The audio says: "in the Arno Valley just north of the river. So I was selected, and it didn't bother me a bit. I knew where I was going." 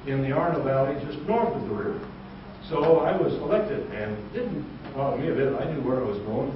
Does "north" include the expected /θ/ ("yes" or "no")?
yes